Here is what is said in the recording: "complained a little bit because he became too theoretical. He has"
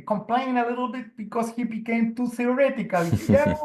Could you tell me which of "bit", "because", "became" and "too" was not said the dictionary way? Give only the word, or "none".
because